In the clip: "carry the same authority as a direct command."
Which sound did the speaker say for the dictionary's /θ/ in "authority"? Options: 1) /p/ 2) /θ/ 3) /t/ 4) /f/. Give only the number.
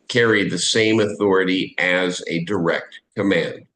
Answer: 2